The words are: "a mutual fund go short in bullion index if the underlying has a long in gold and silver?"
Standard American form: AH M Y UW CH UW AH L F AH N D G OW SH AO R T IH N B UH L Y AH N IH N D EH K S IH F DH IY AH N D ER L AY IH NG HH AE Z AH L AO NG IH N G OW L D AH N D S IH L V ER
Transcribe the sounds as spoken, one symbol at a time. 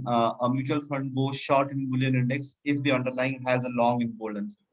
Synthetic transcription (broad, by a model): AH M Y UW CH UW AH L F AH N D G OW SH AO R T IH N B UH L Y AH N IH N D EH K S IH F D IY AH N D ER L AY IH NG HH AE Z AH L AO NG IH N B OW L AH N S